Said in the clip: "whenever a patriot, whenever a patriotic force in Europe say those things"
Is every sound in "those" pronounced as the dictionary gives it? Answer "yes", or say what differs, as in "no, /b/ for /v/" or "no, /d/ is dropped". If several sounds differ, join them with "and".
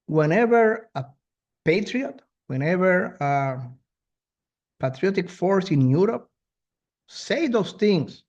no, /s/ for /z/